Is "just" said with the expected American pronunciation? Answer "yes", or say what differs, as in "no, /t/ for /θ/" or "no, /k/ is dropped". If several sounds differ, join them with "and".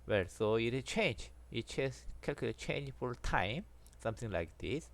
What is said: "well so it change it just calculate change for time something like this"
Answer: no, /tʃ/ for /dʒ/